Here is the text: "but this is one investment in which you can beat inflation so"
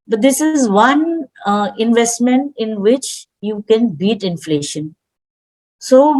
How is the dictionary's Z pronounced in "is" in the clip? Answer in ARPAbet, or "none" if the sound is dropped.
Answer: Z